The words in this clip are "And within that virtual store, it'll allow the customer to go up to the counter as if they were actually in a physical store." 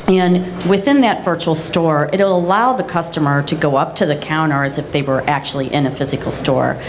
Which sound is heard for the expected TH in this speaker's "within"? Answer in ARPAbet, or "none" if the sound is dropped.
TH